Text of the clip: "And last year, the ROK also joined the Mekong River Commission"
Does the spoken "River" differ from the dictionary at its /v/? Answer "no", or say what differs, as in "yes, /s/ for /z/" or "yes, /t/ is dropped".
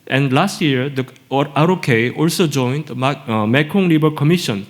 yes, /b/ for /v/